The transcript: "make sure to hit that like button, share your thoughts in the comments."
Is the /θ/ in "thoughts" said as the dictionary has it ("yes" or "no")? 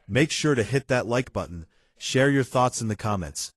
yes